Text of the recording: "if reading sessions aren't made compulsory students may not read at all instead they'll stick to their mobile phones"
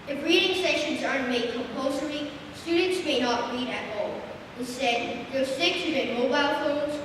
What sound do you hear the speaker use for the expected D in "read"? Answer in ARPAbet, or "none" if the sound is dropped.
D